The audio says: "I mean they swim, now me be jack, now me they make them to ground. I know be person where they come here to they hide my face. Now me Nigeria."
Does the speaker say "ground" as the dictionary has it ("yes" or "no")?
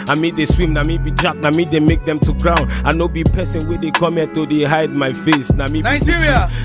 no